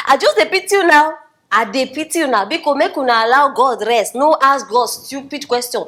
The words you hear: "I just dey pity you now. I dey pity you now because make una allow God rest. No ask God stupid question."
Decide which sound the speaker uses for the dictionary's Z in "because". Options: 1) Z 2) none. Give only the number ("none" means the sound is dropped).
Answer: 2